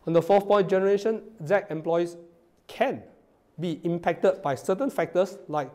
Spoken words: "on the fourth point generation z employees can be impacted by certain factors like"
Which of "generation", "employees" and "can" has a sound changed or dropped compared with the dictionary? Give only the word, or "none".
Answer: employees